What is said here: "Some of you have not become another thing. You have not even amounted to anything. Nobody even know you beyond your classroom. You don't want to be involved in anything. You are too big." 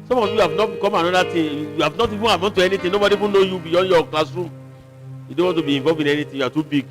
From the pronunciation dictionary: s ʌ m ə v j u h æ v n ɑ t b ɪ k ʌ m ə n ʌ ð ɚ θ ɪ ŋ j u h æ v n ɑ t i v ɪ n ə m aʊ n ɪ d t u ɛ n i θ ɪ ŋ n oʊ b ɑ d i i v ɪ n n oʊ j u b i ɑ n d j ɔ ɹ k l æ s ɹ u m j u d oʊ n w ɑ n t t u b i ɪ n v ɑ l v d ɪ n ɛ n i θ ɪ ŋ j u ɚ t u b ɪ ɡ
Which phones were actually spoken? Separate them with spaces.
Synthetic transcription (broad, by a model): s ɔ m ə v j u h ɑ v n ɑ t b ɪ k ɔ m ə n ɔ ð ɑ t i j u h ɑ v n ɑ t i v ɪ n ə ɪ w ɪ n t u ɛ n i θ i n oʊ b ɑ d i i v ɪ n n oʊ j u b i ɑ n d j ɔ k l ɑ s ɹ u m j u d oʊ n w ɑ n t t u b i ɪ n v ɑ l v ɪ n ɛ n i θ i j u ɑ t u b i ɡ